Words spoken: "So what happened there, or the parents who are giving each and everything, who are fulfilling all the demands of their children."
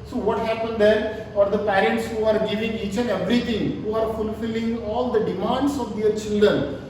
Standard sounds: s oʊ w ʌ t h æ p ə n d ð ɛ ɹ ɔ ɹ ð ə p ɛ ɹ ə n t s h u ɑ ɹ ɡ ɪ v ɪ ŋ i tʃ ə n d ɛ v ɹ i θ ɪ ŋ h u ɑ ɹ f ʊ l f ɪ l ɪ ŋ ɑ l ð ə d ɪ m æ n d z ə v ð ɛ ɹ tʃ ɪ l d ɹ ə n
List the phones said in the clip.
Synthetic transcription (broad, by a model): s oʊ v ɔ t h æ p ə n d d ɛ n ɔ ɹ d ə p ɛ ɹ ə n t s h u ɑ ɹ ɡ ɪ v ɪ ŋ i tʃ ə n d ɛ v ɹ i t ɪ ŋ h u ɑ ɹ f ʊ l f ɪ l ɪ ŋ ɑ l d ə d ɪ m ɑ n d s ə v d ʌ ɹ tʃ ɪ l d ɹ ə n